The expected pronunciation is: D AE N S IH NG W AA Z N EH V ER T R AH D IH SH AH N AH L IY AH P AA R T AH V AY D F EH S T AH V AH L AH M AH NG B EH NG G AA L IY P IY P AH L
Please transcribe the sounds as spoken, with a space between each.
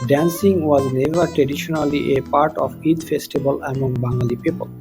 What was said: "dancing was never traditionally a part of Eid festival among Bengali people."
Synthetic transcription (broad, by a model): D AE N S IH NG W AA Z N EH V ER T R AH D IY SH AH N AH L IY AH P AA R T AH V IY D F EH S T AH B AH L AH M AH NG B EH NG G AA L IY P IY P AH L